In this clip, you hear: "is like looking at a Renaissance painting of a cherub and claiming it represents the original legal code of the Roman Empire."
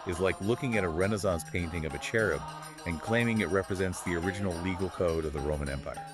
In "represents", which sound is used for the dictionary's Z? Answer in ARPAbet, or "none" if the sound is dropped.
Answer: Z